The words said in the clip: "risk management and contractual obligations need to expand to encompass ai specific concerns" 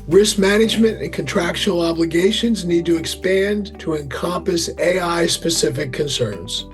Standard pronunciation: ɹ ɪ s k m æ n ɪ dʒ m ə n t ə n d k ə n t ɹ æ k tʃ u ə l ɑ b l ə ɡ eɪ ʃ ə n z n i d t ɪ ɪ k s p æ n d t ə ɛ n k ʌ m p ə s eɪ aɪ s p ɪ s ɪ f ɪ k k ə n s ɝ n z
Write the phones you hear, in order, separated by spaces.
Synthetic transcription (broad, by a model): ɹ ɪ s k m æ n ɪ dʒ m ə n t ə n k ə n t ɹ æ k ʃ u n l ɑ b l ə ɡ eɪ ʃ ə n z n i d t ɪ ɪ k s p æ n t ə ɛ n k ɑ m p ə s eɪ aɪ s p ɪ s ɪ f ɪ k k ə n s ɝ n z